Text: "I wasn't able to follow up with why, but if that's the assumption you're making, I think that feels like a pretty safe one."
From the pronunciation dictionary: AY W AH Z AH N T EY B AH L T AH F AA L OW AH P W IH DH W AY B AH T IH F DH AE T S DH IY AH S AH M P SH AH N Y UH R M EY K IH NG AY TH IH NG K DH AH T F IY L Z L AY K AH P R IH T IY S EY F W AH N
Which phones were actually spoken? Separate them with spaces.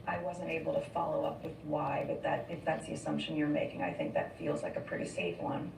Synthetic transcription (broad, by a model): AY W AH Z AH N T EY B L T AH F AA L OW AH P W IH DH W AY B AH T IH F DH AE T S DH IY AH S AH M P SH AH N Y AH R M EY K IH NG AY TH IH NG K DH AH T F IY L Z L AY K AH P R IH T IY S EY F W AH N